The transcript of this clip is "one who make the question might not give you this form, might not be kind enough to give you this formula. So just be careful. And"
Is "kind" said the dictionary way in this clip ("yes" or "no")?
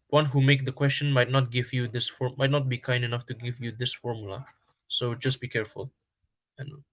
yes